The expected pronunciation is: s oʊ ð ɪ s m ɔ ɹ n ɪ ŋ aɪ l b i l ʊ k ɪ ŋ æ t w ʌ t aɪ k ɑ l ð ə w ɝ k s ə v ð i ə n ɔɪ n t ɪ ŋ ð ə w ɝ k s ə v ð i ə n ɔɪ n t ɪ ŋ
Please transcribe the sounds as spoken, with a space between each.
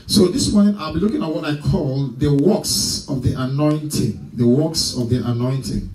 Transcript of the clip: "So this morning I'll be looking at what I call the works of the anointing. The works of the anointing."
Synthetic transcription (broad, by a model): s oʊ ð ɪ s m ɔ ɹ n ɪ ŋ aɪ l b i l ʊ k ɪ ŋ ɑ t w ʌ t aɪ k ɑ l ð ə w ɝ k s ə v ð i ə n ɔɪ n t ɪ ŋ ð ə w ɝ k s ə v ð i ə n ɔɪ n t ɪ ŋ